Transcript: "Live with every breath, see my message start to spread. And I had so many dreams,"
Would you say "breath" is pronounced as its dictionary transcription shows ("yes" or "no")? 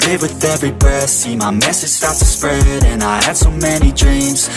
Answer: no